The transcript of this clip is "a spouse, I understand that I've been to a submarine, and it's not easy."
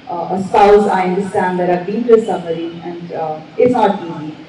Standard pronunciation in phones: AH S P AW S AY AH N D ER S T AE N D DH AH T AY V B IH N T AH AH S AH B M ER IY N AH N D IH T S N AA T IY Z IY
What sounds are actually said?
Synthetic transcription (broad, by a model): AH S AW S AY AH N D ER S T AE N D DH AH T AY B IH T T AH AH S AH M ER IY AH N D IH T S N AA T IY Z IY